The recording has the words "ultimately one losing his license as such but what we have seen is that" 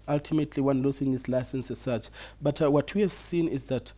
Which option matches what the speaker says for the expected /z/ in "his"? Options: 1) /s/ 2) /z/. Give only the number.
1